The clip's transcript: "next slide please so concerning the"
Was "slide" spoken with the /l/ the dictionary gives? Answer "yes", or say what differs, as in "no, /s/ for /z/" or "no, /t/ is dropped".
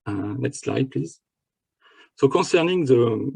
yes